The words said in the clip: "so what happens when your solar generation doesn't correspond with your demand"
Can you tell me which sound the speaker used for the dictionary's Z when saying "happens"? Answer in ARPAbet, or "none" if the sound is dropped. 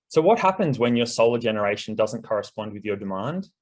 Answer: Z